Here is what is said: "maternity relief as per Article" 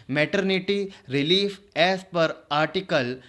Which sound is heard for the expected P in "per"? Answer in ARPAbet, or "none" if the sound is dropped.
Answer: P